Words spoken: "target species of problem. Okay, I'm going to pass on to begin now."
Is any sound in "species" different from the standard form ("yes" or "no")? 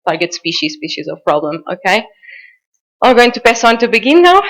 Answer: no